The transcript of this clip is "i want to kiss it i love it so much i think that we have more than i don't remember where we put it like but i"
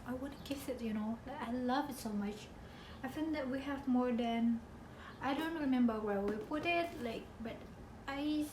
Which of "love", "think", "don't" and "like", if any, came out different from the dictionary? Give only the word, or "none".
think